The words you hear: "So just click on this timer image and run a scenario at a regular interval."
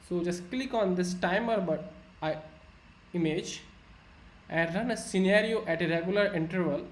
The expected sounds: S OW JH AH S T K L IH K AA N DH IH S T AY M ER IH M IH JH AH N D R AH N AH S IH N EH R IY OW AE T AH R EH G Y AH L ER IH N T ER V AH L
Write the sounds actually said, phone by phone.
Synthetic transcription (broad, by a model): S OW JH AH S T K L IH K AA N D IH S T AY M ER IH M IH JH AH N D R AH N AH S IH N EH R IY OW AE T AH R EH G Y AH L ER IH N T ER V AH L